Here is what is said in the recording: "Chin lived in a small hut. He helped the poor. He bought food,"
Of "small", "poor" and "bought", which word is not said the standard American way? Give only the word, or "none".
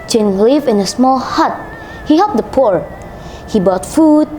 none